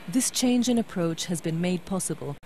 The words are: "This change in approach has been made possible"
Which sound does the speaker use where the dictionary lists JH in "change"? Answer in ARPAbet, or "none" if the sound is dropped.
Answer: JH